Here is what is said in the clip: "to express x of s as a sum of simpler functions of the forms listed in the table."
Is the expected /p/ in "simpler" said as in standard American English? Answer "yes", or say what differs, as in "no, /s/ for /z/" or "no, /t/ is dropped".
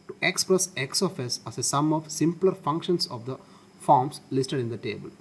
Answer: yes